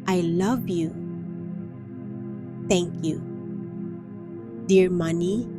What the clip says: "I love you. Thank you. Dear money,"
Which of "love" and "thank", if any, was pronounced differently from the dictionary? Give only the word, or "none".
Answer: thank